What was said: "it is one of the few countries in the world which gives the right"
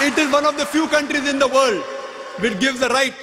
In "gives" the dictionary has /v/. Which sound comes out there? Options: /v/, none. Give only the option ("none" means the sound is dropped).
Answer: /v/